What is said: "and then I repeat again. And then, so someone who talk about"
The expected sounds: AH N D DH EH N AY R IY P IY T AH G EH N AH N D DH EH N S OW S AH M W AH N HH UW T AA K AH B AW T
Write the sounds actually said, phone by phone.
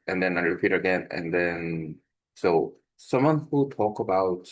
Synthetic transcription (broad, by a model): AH N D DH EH N AY R IY P IY T AH G EH N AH N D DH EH N S OW S AH M W AH N HH UW T AA K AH B AW T